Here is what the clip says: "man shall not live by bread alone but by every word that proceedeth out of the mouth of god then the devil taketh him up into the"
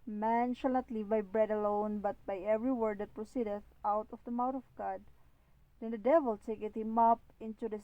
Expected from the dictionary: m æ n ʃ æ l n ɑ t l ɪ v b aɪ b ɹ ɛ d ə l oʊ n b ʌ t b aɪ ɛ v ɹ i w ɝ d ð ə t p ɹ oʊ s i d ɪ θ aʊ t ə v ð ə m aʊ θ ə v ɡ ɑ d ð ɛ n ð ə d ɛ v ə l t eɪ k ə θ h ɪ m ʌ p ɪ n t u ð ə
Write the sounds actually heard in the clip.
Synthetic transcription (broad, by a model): m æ n ʃ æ l n ɑ t l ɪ v b aɪ b ɹ ɛ d ə l oʊ n b ʌ t b aɪ ɛ v ɹ i w ɝ d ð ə t p ɹ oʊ s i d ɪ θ aʊ t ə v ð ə m aʊ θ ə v ɡ ɑ d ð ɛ n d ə d ɛ v ə l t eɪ k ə t h ɪ m ʌ p ɪ n t u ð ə